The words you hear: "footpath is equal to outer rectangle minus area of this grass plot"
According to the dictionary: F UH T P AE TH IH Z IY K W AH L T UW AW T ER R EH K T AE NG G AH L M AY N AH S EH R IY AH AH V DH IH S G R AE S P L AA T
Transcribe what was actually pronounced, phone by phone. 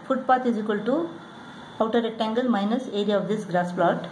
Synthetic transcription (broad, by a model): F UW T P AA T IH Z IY K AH L T UW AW T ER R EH T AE NG G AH L M AY N AH S EH R IY AH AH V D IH S G R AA S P L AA T